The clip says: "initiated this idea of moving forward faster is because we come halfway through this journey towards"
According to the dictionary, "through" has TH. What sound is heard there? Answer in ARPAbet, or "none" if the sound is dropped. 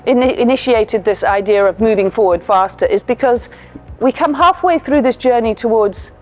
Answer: TH